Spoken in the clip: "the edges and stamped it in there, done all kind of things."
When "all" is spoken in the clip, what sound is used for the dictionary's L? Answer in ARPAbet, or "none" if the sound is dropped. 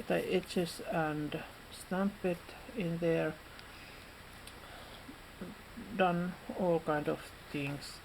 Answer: L